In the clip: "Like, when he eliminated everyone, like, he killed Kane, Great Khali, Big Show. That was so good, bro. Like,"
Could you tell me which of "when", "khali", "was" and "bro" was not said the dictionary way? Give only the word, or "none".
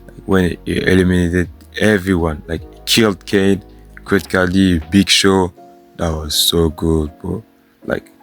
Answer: bro